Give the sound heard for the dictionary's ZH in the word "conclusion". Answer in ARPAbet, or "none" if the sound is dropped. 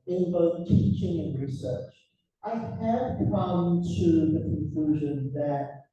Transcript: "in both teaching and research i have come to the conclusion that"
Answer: ZH